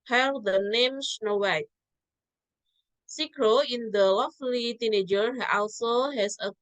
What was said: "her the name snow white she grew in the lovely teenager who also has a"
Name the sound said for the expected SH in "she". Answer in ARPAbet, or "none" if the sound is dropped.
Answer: S